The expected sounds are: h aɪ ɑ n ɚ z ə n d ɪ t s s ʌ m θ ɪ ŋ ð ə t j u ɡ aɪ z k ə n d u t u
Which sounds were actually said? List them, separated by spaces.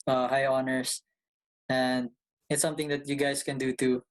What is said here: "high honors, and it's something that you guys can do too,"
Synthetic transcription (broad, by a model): h aɪ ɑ n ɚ s ə n d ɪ t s s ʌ m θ ɪ ŋ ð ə t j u ɡ aɪ s k ə n d u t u